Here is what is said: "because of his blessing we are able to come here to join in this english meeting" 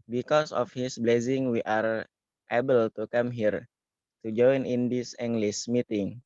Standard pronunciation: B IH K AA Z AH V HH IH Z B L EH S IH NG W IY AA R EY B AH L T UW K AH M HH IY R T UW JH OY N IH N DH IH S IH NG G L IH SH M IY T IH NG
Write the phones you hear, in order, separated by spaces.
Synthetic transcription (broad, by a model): B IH K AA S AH F HH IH S B L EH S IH NG W IY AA R EY B AH L T UW K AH M HH IY R T UW JH OY N IH N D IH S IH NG G L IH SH M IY T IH NG